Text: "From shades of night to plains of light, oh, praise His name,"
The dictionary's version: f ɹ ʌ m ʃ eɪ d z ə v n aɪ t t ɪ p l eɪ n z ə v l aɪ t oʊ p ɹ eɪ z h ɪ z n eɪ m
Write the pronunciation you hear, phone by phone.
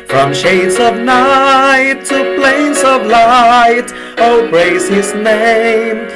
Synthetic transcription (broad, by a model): f ɹ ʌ m ʃ eɪ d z ə v n aɪ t t ɪ p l eɪ n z ə v l aɪ t oʊ b ɹ eɪ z h ɪ z n eɪ m